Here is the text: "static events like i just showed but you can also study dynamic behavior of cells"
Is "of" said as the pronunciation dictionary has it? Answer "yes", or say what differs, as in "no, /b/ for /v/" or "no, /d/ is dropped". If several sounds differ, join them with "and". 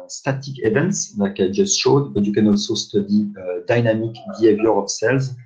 no, /p/ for /v/